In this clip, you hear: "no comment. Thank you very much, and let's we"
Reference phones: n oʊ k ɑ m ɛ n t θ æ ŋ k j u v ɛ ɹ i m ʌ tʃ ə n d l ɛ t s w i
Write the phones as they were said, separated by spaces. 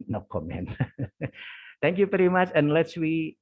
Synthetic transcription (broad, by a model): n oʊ k ɑ m ɛ n t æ ŋ k j u p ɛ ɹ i m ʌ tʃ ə n l ɛ t s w i